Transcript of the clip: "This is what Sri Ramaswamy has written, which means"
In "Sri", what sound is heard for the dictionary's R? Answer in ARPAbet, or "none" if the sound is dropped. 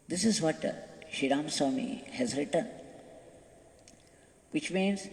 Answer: none